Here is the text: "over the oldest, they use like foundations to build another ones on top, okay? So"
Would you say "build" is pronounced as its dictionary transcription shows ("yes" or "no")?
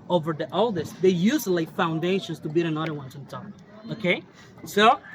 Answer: no